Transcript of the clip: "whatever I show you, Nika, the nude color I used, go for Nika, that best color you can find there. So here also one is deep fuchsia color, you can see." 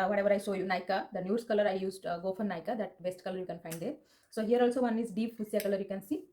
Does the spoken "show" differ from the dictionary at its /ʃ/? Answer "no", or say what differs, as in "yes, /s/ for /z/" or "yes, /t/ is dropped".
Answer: yes, /s/ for /ʃ/